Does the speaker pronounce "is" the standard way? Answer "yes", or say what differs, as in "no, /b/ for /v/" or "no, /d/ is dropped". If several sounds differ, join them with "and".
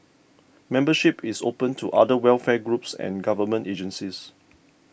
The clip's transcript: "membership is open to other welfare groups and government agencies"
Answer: no, /s/ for /z/